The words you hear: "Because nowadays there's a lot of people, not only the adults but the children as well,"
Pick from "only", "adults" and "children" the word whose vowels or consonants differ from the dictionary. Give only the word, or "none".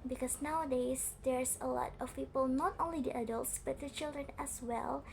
none